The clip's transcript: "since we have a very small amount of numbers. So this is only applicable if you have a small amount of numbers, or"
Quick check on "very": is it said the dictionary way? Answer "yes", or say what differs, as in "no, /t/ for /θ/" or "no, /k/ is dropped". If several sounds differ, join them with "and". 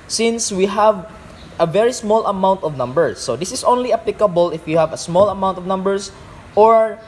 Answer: yes